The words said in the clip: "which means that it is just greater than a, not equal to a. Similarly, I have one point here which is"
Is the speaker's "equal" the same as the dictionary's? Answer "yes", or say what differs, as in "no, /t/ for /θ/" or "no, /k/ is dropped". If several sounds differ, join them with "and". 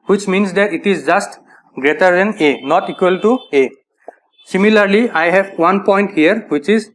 yes